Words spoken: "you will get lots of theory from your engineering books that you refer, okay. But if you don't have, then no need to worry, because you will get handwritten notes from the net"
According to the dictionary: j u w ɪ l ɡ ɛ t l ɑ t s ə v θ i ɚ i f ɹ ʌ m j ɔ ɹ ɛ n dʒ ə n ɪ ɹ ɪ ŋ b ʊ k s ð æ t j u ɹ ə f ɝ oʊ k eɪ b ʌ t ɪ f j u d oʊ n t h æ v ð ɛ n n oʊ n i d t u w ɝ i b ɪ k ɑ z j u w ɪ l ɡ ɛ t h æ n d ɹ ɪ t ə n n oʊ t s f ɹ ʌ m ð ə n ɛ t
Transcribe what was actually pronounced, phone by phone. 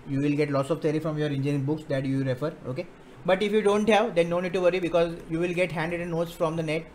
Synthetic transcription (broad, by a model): j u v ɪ l ɡ ɛ t l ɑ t s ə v t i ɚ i f ɹ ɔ m j ɔ ɹ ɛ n dʒ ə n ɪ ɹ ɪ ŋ b ʊ k s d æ t j u ɹ ə f ɝ oʊ k eɪ b ʌ t ɪ f j u d oʊ n t h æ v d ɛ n n oʊ n i d t u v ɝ i b ɪ k ɑ z j u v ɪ l ɡ ɛ t h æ n d ɪ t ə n n oʊ t s f ɹ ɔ m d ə n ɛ t